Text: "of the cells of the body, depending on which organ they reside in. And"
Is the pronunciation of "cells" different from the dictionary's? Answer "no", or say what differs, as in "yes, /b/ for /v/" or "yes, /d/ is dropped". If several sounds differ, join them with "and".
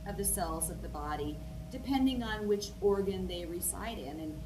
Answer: no